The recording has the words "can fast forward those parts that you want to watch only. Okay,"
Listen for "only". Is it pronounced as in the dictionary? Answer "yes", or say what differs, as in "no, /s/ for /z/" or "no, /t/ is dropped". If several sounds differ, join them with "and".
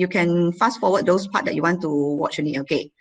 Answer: no, /l/ is dropped